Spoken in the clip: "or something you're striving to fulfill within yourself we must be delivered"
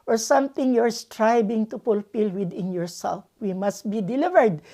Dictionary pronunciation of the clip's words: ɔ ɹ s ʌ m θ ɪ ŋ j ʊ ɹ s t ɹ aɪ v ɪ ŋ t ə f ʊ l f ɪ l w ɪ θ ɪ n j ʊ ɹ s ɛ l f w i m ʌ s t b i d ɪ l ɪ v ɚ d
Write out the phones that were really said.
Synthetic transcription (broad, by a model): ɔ ɹ s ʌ m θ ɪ ŋ j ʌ ɹ s t ɹ aɪ b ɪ ŋ t ə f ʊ l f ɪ l w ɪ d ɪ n j ʊ ɹ s ɛ l f w i m ʌ s t b i d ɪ l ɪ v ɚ d